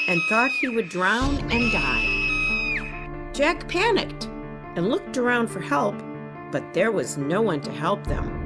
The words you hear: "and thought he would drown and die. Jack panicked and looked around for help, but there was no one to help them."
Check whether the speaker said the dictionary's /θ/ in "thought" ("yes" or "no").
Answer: yes